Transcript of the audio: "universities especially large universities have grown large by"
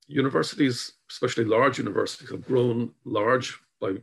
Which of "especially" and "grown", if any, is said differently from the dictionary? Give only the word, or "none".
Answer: none